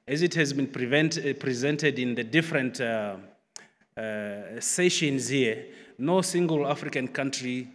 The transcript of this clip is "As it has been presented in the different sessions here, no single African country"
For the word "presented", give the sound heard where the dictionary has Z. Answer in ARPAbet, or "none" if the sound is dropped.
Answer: Z